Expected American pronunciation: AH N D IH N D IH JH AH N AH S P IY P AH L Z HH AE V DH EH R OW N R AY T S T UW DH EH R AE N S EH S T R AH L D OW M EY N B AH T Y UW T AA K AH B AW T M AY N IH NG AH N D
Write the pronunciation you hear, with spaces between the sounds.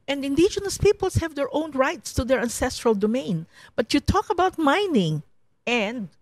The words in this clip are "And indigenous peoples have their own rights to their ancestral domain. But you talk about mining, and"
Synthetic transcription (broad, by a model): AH N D IH N D IH JH AH N AH S P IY P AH L S HH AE V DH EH R OW N R AY T S T UW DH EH R AE N S EH S T R AH L D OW M EY N B AH T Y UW T AA K AH B AW T M AY N IH NG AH N D